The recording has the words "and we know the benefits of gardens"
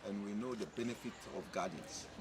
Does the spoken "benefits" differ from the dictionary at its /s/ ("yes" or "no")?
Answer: yes